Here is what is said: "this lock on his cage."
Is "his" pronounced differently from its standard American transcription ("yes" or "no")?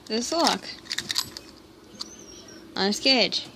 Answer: yes